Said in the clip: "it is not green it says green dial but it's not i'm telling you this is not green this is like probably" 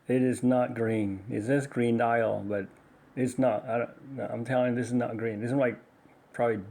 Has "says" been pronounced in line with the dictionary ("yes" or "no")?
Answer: no